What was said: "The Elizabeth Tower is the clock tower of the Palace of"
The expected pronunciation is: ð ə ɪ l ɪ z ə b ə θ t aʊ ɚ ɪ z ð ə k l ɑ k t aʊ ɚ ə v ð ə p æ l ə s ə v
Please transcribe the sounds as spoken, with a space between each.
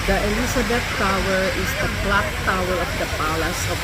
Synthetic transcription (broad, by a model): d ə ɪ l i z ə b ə t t aʊ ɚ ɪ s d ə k l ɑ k t aʊ ɚ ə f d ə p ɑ l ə s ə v